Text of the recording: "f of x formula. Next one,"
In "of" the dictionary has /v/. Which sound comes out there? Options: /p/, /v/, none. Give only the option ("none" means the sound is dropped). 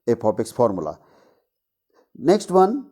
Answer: /p/